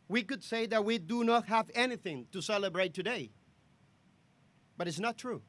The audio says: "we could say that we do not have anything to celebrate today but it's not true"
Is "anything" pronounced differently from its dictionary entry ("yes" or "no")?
no